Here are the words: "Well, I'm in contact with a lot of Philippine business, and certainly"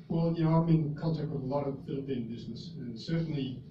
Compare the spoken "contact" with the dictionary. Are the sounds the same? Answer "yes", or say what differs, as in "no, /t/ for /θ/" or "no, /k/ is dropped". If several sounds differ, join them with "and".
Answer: no, /l/ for /n/